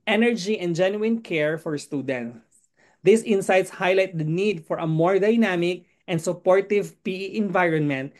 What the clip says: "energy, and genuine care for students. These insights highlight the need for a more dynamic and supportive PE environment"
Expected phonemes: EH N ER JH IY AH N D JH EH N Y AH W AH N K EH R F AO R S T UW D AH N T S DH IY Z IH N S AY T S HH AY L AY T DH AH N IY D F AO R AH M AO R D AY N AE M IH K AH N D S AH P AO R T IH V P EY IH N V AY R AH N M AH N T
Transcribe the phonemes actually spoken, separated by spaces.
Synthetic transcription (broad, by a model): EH N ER JH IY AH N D JH EH N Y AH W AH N K EH R F AO R S T UW D AH N T S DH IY S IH N S AY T S HH AY L AY T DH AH N IY D F AO R AH M AO R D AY N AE M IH K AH N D S AH P AO R T IH V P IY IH N V AY R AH N M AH N T